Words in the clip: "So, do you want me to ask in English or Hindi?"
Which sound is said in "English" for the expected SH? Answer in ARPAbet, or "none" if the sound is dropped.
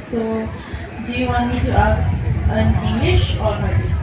SH